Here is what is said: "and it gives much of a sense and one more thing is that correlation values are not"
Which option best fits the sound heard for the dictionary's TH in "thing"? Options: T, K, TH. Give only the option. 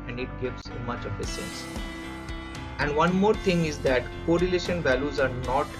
T